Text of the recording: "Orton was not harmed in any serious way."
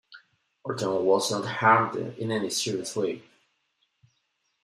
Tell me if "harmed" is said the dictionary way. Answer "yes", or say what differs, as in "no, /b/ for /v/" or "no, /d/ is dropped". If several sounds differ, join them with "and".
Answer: no, /m/ is dropped